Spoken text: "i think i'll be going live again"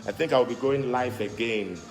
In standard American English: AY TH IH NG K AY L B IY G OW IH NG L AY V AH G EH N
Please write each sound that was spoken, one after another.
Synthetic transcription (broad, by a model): AY TH IH NG K AY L B IY G OW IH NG L AY F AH G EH N